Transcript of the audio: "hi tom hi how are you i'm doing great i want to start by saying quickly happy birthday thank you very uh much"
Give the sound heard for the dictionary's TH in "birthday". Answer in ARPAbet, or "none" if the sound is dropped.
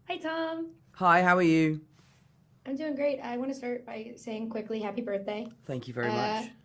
TH